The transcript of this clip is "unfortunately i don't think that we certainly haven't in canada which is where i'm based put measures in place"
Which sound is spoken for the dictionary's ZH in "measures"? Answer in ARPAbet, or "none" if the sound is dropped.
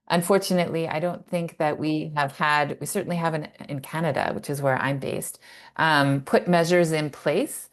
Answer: ZH